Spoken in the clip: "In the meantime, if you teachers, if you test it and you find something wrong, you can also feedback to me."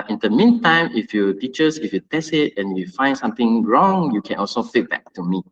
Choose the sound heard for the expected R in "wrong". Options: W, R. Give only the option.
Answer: R